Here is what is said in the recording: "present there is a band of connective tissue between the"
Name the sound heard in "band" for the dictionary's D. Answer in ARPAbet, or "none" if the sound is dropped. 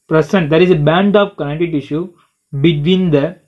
D